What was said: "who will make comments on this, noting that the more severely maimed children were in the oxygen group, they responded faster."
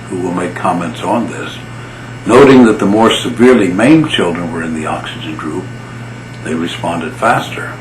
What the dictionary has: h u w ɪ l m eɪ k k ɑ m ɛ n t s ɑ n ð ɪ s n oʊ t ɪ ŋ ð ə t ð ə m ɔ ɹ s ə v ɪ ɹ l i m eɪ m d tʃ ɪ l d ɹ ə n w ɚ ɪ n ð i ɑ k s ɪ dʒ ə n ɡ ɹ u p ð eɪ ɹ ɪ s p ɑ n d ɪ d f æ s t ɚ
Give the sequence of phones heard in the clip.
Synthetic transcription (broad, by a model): h u w ɪ l m eɪ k k ɑ m ɛ n t s n ð ɪ s n oʊ t ɪ ŋ ð ə t ð ə m ɔ ɹ s ə v ɪ ɹ l i m eɪ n tʃ ɪ l d ɹ ə n w ɚ ɪ n ð i ɑ k s ɪ dʒ ə n ɡ ɹ u p ð eɪ ɹ ɪ s p ɑ n d ɪ d f æ s t ɚ